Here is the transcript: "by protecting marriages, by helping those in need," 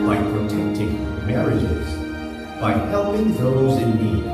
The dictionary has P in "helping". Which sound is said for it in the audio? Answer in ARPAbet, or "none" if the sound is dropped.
none